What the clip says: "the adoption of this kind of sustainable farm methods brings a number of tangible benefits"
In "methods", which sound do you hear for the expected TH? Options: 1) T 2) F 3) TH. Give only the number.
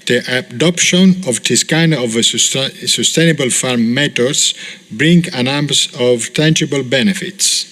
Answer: 1